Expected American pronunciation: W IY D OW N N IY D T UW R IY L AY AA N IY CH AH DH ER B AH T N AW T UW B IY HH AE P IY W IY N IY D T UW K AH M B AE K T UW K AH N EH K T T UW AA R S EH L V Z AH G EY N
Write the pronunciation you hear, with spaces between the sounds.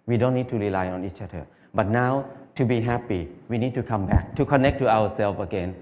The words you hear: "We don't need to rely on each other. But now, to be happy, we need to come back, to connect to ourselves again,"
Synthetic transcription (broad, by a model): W IY D OW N N IY D T UW R IY L AY AA N IY CH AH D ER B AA T N AW T UW B IY HH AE P IY W IY N IY D T UW K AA M B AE K T UW K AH N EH K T T UW AA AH S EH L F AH G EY N